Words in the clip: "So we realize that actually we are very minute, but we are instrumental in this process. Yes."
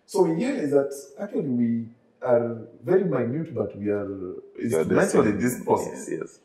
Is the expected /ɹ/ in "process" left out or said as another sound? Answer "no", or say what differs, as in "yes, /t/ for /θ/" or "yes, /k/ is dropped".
yes, /ɹ/ is dropped